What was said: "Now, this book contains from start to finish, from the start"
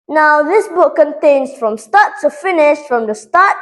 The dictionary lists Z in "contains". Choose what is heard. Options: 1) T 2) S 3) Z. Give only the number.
2